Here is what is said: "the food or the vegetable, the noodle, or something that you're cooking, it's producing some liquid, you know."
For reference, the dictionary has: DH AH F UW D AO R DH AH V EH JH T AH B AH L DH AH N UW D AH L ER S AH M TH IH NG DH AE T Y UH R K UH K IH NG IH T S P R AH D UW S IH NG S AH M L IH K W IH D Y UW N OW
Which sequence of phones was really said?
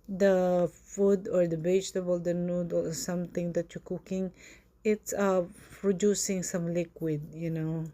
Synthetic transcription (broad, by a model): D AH F UW D AO R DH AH B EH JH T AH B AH L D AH N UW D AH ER S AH M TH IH NG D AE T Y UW K UH K IH NG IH T S P R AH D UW S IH NG S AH M L IH K W IH D Y UW N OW